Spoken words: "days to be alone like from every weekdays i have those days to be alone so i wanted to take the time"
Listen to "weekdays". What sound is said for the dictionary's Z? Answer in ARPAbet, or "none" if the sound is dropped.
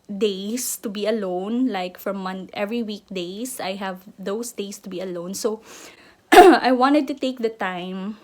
S